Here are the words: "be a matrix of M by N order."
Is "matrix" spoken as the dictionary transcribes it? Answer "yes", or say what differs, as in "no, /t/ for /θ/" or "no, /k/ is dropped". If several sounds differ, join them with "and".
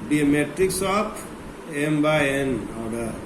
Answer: yes